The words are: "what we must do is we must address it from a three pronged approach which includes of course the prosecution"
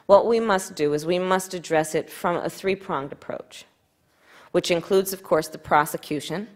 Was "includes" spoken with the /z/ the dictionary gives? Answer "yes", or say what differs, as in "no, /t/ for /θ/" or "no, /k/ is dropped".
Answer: yes